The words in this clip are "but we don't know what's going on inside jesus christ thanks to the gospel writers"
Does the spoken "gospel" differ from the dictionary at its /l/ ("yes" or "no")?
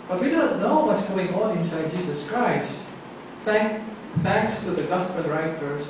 yes